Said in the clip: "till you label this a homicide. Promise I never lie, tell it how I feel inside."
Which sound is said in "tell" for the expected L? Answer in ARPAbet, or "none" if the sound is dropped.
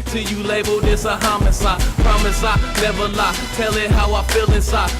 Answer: L